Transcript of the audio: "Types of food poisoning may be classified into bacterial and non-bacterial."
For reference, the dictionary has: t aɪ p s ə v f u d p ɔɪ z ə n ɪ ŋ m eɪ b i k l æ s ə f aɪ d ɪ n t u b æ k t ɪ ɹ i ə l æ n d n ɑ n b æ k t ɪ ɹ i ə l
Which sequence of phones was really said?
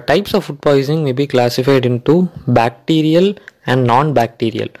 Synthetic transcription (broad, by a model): t aɪ p s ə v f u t p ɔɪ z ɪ ŋ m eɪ b i k l æ s ə f aɪ d ɪ n t u b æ k t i ɹ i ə l æ n d n ɑ n b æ k t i ɹ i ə l